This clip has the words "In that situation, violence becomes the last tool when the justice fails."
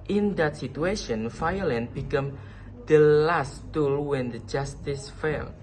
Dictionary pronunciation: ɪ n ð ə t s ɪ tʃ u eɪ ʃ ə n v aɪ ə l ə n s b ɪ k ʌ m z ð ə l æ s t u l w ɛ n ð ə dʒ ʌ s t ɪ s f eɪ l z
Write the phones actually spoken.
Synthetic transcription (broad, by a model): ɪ n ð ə t s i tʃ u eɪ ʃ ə n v aɪ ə l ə n b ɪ k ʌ m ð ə l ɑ s t u l w ɛ n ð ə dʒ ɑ s t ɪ s f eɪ l